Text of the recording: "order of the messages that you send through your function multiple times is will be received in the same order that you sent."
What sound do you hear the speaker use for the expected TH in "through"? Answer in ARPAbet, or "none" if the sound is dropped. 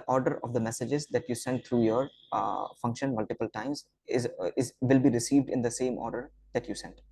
T